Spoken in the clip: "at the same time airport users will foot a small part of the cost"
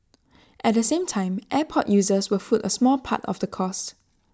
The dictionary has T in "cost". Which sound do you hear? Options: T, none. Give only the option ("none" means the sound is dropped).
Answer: T